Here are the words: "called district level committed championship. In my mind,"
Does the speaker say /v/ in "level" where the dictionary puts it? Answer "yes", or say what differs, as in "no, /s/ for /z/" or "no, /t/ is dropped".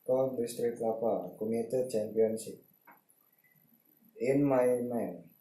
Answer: no, /p/ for /v/